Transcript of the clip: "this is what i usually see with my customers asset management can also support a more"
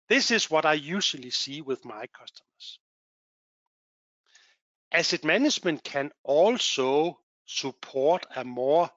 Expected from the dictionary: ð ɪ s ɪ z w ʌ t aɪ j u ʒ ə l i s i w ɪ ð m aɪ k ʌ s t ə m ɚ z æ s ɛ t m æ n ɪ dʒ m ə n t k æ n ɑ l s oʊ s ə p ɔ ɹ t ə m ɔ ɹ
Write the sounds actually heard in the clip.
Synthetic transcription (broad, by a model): ð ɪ s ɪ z w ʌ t aɪ j u ʃ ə l i s i w ɪ ð m aɪ k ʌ s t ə m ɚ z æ s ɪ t m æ n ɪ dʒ m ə n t k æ n ɑ l s oʊ s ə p ɔ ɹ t ə m ɔ